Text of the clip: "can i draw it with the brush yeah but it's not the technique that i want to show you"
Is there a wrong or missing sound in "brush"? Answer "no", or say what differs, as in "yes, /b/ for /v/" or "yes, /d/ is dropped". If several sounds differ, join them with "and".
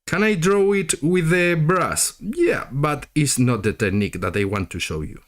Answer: yes, /s/ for /ʃ/